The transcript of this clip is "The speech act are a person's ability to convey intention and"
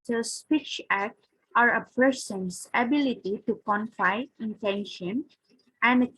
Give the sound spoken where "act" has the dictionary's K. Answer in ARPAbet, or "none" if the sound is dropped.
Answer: K